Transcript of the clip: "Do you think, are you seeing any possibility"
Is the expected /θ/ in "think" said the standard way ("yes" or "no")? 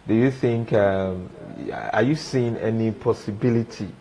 yes